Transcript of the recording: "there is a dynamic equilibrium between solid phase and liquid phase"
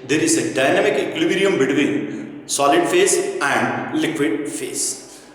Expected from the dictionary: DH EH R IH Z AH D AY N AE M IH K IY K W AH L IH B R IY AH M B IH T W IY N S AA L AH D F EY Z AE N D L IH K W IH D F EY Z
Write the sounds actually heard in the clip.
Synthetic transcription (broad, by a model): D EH R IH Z AH D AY N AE M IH K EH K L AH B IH R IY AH M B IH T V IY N S AA L AH D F EY S AE N D L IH K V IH D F EY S